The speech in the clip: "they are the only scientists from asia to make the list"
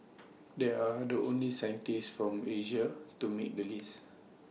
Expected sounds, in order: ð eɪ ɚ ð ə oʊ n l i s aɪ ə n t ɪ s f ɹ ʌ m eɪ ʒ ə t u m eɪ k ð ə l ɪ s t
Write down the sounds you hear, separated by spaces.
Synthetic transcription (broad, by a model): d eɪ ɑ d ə oʊ n l i s aɪ ə n t ɪ s f ɹ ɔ m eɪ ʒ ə t u m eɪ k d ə l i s